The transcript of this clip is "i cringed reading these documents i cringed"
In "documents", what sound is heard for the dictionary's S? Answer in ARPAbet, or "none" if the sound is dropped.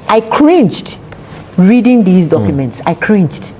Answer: S